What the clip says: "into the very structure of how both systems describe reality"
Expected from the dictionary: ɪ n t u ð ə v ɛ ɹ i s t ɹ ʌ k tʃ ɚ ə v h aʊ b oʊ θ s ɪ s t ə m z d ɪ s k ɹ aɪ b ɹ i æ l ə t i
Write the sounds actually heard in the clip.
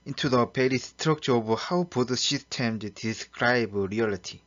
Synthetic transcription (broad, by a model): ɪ n t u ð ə p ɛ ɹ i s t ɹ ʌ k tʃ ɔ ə h aʊ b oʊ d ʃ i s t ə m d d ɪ s k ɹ aɪ b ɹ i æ l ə t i